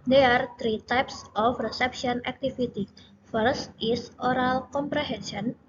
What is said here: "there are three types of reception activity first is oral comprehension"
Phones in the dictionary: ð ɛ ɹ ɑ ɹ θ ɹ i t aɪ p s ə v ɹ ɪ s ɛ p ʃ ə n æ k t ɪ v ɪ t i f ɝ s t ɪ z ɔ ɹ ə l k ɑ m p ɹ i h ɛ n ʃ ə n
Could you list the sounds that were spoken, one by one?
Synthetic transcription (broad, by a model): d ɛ ɑ ɹ t ɹ i t aɪ p s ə f ɹ ɪ s ɛ p ʃ ə n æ k t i f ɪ t i f ɝ s t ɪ s ɔ ɹ ə l k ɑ m p ɹ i h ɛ n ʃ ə n